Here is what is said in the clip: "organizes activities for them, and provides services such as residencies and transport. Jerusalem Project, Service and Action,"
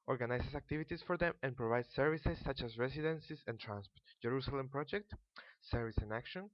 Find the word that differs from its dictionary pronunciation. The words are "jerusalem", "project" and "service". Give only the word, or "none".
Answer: none